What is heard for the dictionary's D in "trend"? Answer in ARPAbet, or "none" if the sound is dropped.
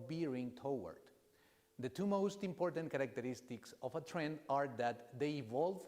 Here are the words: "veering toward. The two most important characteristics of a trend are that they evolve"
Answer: D